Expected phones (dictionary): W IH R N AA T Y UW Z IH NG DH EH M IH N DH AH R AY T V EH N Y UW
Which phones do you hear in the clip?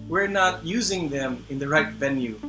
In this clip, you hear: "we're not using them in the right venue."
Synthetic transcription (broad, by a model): W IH R N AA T Y UW Z IH NG DH EH M IH N DH AH R AY T V EH N Y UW